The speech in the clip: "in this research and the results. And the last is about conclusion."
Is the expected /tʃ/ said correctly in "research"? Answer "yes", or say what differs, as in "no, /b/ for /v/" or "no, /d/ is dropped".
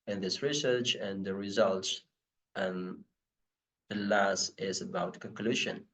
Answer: yes